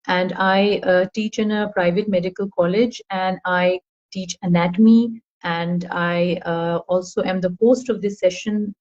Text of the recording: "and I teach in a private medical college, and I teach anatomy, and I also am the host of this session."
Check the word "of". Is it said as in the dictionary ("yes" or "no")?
yes